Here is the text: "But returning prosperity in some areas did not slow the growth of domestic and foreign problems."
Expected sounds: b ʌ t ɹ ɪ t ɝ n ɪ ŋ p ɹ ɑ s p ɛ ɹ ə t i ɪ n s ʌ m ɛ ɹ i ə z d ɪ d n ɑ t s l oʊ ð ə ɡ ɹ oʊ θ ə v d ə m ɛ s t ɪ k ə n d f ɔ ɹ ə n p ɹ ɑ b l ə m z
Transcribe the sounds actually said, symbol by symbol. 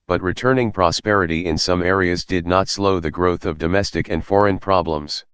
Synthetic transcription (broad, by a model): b ʌ t ɹ ɪ t ɝ n ɪ ŋ p ɹ ɑ s p ɛ ɹ ə t i ɪ n s ʌ m ɛ ɹ i ə z d ɪ d n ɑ t s l oʊ ð ə ɡ ɹ oʊ θ ə v d ə m ɛ s t ɪ k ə n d f ɔ ɹ ə n p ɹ ɑ b l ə m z